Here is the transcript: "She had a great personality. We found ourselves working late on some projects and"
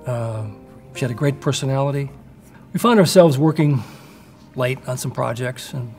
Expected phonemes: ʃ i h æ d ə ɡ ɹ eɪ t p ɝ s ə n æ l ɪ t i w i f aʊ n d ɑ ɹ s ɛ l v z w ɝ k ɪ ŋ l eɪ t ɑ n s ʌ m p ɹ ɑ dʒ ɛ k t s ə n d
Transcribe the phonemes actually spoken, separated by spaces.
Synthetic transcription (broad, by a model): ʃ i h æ d ə ɡ ɹ eɪ t p ɝ s ə n æ l ɪ t i w i f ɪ n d ɑ ɹ s ɛ l v z w ɝ k ɪ ŋ l eɪ t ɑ n s ʌ m p ɹ ɑ dʒ ɛ k t s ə n